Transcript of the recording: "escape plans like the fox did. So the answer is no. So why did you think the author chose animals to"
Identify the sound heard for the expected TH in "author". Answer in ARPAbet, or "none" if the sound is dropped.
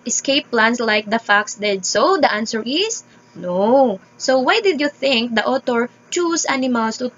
T